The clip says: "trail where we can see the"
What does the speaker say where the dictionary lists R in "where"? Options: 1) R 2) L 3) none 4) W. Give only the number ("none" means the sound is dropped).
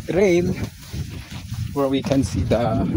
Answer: 2